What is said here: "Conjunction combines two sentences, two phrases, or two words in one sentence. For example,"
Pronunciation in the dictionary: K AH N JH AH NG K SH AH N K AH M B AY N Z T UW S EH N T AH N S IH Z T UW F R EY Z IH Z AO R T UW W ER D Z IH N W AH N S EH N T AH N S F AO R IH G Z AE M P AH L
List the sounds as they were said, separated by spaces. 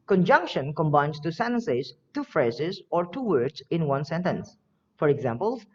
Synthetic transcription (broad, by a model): K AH N JH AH NG K SH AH N K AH M B AY N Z T UW S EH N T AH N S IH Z T UW F R EY Z IH Z AO R T UW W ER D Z IH N W AH N S EH N T AH N S F AO R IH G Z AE M P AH L